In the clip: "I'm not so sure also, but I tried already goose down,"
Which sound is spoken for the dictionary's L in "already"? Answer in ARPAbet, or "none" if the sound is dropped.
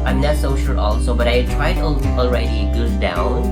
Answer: L